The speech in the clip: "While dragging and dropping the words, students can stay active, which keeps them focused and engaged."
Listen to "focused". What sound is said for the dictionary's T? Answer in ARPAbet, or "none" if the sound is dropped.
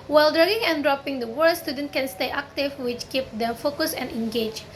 none